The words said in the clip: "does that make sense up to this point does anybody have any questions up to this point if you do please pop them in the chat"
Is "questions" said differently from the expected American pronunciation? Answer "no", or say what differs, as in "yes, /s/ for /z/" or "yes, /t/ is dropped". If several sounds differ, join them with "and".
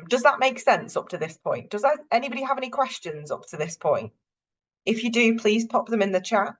no